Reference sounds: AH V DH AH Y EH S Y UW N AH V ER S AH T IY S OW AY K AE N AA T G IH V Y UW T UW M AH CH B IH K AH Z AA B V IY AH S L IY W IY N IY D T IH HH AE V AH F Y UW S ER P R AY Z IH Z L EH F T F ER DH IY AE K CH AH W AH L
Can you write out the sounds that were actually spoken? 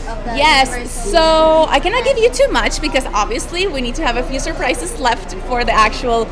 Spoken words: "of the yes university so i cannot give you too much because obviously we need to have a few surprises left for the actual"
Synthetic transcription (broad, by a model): Y EH S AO AH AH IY K AE N AA T G IH V Y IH T UW M AH CH B IH K AH Z AA B V IY AH S L IY W IY N IY D T IH V AH F Y UW S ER P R AY S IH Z L EH F T F ER DH IY AE K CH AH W L